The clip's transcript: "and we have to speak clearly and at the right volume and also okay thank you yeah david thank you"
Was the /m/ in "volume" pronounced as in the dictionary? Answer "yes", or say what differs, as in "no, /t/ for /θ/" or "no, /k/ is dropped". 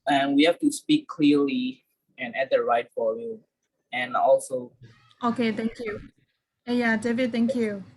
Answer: no, /m/ is dropped